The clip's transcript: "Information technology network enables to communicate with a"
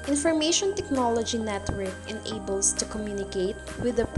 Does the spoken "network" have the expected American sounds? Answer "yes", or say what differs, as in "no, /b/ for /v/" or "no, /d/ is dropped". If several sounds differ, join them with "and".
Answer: yes